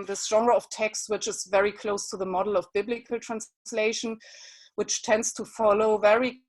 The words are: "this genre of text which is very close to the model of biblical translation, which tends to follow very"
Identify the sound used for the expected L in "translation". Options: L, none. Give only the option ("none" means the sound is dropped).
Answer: L